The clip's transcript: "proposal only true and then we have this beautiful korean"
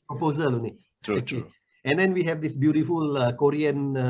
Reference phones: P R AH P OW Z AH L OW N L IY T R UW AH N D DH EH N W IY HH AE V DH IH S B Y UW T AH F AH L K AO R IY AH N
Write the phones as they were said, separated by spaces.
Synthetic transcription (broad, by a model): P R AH P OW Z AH L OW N IY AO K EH AH N D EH N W IY HH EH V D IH S B Y UW T AH F AH L K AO R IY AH N